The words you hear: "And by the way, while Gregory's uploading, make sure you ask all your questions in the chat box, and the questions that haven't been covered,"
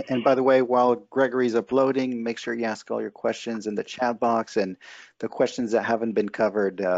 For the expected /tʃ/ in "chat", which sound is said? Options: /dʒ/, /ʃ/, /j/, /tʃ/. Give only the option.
/tʃ/